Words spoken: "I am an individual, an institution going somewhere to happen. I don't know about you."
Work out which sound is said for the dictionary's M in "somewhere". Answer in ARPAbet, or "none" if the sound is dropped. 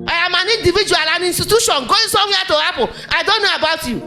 none